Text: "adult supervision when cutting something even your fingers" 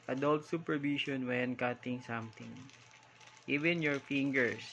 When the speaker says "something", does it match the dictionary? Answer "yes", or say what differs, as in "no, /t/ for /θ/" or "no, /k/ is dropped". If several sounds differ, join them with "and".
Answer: no, /t/ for /θ/